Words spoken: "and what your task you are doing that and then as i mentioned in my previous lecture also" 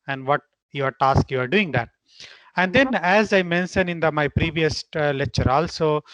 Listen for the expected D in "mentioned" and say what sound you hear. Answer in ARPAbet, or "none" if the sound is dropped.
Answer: none